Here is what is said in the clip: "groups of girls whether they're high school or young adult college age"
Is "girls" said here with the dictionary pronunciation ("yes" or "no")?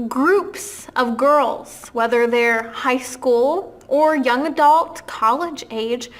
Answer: yes